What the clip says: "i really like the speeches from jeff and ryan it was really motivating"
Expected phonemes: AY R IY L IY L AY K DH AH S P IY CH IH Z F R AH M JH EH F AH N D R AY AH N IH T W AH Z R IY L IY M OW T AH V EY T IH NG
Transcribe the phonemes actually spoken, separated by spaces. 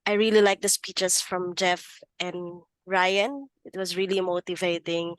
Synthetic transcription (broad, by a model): AY R IY L IY L AY K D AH S P IY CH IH S F R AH M JH EH F AH N D R AY AH N IH T W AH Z R IY L IY M OW T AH V EY T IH NG